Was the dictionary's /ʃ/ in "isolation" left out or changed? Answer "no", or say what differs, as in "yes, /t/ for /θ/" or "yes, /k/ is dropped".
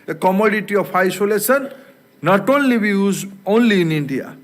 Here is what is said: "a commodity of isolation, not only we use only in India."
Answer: yes, /s/ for /ʃ/